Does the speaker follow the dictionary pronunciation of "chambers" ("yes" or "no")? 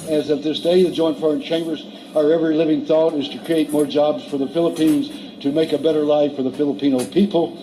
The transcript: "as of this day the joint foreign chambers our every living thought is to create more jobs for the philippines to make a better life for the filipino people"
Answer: yes